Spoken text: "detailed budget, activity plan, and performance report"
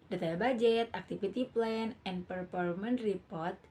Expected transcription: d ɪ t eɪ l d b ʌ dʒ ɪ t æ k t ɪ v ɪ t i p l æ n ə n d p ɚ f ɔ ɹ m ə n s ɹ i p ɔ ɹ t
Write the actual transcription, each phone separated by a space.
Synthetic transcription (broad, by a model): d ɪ t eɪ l b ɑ dʒ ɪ t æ k t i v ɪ t i p l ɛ n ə n p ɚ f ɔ ɹ m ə n ɹ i p ɔ ɹ t